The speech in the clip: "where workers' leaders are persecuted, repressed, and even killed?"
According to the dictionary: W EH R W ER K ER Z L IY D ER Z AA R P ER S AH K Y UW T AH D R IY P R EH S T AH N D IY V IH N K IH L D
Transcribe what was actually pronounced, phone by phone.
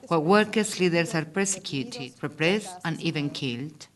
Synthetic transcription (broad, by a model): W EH W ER K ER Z L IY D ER S AA R P ER S AH K Y UW T AH D R IY P R EH S T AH N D IY V IH N K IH L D